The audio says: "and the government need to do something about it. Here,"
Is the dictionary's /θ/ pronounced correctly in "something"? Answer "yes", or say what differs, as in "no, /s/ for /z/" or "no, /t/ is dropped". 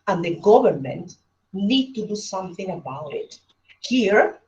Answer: yes